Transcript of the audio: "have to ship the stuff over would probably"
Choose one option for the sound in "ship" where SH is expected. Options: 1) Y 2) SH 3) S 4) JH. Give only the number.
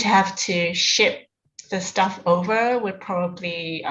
2